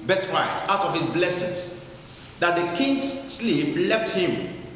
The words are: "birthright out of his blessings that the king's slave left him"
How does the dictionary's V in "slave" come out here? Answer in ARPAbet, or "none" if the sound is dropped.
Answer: P